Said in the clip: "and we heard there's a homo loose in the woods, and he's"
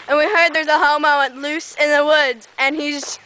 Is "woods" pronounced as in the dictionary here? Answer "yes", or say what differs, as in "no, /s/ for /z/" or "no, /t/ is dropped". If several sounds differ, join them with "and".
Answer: no, /z/ is dropped